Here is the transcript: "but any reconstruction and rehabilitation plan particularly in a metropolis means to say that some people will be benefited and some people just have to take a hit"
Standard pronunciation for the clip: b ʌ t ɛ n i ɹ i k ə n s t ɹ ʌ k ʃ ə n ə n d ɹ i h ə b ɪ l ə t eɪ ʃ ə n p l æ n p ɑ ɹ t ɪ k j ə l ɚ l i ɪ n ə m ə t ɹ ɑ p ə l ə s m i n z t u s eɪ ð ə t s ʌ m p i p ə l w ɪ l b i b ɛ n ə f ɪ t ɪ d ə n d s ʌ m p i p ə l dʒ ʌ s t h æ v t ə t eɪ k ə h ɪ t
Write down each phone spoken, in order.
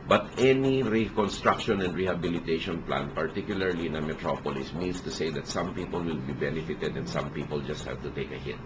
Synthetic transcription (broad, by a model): b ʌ t ɛ n i ɹ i k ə n s t ɹ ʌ k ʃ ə n ə n d ɹ i h ə b ɪ l ə t eɪ ʃ ə n p l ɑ n p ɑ ɹ t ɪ k j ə l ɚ l i ɪ n ə m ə t ɹ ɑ p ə l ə s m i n s t u s eɪ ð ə t s ʌ m p i p ə l w ɪ l b i b ɛ n ə f ɪ t ɪ d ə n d s ʌ m p i p ə l dʒ ʌ s t h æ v t ə t eɪ k ə h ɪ t